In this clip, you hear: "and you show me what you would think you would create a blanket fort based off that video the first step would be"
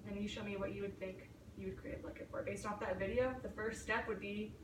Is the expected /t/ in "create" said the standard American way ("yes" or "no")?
no